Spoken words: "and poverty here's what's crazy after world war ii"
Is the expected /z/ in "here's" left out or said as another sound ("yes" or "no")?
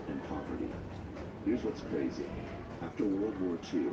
no